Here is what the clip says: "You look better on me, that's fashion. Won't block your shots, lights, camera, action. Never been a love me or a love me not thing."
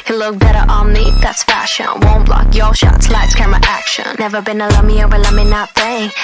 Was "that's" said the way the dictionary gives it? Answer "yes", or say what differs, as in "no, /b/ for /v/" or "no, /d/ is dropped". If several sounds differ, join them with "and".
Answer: yes